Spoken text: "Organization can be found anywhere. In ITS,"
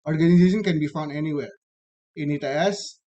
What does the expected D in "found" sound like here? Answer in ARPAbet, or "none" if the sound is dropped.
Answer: D